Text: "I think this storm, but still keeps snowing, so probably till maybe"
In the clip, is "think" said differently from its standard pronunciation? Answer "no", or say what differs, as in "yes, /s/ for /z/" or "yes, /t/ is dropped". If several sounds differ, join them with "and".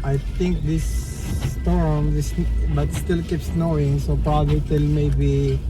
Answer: yes, /t/ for /θ/